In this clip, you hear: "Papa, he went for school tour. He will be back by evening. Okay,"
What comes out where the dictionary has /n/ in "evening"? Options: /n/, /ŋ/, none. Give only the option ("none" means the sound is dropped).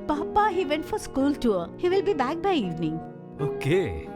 /n/